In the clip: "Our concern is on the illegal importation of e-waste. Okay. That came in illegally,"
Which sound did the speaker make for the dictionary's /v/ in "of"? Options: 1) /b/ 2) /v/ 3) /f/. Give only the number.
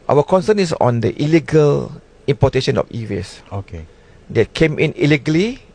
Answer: 3